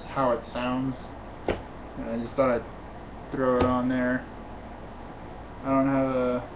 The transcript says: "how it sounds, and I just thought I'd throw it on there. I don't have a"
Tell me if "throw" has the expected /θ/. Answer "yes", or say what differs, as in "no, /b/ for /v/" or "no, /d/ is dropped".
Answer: yes